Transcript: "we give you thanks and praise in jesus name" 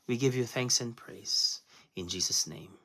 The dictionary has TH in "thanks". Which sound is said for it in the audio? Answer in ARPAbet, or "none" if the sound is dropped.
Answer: TH